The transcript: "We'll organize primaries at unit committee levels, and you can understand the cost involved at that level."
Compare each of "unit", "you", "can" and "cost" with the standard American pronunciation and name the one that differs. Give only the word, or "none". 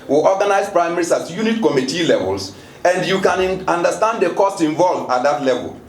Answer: none